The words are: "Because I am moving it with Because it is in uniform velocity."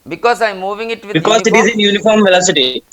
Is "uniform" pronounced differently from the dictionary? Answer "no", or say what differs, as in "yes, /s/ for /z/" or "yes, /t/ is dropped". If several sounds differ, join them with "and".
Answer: no